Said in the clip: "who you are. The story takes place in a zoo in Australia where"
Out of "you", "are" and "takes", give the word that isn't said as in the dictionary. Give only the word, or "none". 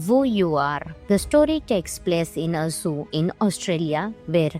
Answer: none